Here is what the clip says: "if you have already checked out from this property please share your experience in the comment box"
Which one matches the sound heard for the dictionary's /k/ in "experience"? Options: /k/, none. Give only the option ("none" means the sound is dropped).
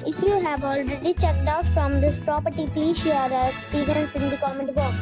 none